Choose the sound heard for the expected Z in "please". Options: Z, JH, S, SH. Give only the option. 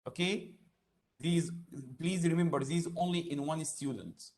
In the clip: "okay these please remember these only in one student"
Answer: Z